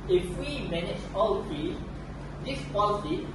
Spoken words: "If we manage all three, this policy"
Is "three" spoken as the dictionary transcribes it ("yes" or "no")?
no